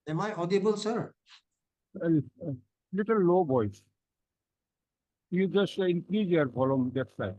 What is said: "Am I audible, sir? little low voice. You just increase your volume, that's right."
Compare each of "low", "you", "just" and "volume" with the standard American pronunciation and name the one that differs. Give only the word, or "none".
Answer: volume